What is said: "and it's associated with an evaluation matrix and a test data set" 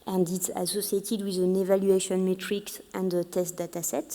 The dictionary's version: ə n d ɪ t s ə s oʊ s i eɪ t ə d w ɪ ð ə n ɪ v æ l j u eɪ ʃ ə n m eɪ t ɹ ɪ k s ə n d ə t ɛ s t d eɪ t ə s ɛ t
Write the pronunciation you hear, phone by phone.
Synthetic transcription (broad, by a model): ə n d ɪ t s ə s oʊ s i eɪ t ə d w ɪ ð ə n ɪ v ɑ l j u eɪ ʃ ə n m eɪ t ɹ ɪ k s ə n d ə t ɛ s t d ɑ t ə s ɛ t